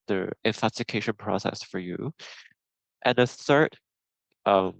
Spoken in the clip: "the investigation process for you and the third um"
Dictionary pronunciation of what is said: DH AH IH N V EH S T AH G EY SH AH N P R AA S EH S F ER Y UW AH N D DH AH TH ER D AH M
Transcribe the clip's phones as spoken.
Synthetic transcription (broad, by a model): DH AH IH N F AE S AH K EY SH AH N P R AA S EH S F ER Y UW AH N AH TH ER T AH M